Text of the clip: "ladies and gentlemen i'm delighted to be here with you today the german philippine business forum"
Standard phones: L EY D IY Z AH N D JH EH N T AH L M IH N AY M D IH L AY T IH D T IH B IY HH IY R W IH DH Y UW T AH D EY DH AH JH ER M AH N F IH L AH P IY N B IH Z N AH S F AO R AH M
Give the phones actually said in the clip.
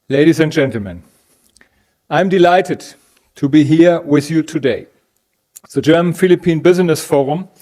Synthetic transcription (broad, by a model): L EY D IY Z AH N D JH EH N T L M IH N AY M D IH L AY T IH D T IH B IY HH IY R W IH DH Y UW T AH D EY DH AH JH ER M AH N F IH L AH P IY N B IH Z N AH S F AO R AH M